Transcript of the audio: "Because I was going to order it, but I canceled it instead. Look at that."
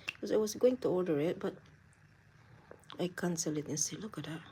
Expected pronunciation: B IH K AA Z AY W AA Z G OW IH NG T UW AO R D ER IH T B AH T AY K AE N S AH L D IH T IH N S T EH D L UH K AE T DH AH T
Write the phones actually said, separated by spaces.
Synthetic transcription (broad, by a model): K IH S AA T W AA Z G OW IH NG T UW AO L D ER IH T B AH T AY K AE N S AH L IH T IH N S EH L UH K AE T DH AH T